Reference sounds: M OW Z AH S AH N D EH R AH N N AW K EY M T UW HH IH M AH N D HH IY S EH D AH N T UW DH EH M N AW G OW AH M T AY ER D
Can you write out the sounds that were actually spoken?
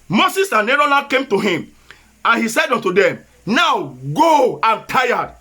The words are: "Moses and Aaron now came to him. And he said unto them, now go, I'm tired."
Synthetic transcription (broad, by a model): M OW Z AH S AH N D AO L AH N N K EY M T UW HH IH M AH N HH IY S EH D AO N T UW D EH M N AW G OW AH M T AY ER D